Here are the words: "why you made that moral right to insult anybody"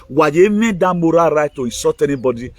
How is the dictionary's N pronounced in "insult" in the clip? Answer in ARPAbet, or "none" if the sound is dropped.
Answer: none